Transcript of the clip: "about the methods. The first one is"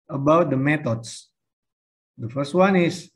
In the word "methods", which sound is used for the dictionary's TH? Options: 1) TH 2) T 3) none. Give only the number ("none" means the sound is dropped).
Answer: 2